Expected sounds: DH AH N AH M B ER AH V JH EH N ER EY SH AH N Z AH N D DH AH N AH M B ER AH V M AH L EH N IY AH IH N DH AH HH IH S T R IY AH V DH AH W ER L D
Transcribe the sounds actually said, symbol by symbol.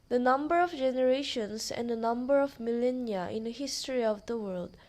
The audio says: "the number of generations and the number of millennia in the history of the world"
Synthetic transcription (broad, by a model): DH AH N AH M B ER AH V JH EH N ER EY SH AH N S AH N D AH N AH M B ER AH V M AH L EH N IY AH IH N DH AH HH IH S T R IY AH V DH AH W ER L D